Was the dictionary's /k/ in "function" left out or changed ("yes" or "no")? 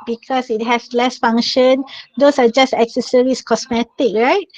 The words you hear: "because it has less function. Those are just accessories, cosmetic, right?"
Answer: yes